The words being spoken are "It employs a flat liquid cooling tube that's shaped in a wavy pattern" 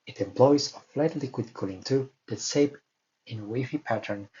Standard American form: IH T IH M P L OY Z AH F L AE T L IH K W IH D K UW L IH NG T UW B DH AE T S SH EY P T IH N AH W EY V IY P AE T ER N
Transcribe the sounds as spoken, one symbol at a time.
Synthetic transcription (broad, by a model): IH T IH M P L OY Z AH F L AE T L IH K W IH D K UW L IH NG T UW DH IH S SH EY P IH N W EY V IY P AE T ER N